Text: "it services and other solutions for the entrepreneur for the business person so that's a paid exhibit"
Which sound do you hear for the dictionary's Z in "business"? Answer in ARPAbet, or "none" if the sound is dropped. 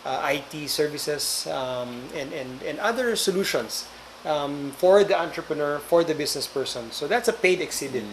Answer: S